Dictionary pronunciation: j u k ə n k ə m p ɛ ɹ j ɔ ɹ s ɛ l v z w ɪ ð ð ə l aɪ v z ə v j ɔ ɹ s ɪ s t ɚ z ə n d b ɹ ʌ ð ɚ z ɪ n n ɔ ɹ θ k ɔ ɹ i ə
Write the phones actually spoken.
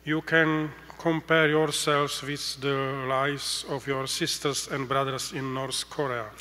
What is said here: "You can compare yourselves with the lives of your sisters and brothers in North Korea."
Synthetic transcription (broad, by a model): j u k ə n k ə m p ɛ ɹ j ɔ ɹ s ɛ l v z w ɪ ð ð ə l aɪ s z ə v j ɔ ɹ s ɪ s t ɚ s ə n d b ɹ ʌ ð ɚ s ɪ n n ɔ ɹ θ k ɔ ɹ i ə